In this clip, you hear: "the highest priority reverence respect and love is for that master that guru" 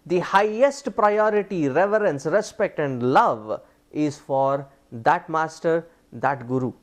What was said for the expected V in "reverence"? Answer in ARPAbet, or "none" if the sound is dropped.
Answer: V